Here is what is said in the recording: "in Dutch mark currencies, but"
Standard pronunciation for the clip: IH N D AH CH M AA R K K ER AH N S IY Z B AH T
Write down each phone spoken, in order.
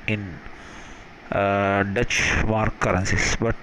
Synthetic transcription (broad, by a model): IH N D AH CH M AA R K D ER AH N S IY S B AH T